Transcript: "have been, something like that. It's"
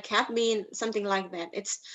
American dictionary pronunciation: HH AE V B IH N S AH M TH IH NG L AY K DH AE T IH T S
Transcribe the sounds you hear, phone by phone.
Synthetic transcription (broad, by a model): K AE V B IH N S AH M TH IH NG L AY K DH AE T IH T S